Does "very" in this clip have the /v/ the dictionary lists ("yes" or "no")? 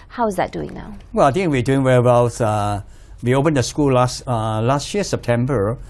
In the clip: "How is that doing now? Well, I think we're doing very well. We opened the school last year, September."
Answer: no